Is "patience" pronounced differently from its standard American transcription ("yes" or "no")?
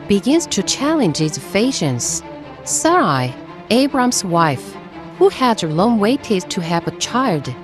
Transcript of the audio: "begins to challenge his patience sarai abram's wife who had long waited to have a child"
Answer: yes